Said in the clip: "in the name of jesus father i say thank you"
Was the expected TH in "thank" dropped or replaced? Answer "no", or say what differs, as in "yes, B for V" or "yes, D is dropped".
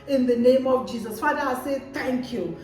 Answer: yes, T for TH